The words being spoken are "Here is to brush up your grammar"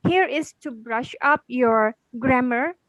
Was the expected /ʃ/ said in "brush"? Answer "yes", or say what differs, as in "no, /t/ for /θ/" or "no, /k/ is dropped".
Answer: yes